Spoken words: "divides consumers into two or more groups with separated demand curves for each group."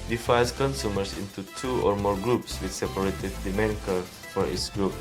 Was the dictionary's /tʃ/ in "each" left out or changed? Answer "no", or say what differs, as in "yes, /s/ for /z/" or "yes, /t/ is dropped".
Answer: yes, /s/ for /tʃ/